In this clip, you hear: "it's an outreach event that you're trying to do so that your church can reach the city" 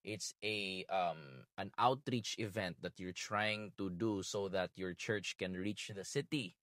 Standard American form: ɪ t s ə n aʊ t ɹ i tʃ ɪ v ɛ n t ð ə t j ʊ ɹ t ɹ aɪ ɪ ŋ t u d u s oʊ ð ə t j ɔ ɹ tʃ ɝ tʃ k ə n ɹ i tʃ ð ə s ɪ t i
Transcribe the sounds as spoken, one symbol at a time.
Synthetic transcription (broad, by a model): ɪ t s ə n aʊ t ɹ i tʃ ɪ v ɛ n t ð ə t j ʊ ɹ t ɹ aɪ ɪ ŋ t u d u s oʊ ð ə t j ɔ ɹ tʃ ɝ tʃ k ə n ɹ i tʃ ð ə s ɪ t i